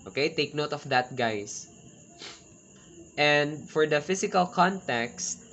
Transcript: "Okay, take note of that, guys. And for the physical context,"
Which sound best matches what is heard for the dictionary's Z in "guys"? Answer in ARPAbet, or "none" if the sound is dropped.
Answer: S